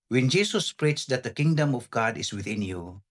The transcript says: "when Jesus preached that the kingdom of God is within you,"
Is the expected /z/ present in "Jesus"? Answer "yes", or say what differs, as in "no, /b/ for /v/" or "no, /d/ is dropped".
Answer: no, /s/ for /z/